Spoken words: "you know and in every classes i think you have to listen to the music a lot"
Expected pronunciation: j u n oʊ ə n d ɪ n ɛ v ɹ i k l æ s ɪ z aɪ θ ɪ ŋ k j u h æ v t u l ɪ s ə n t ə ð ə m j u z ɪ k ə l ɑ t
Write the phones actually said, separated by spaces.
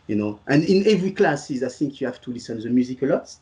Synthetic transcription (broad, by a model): j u n oʊ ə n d ɪ n ɛ v ɹ i k l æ s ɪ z aɪ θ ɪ ŋ k j u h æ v t u l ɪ s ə n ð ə m j u z ɪ k ə l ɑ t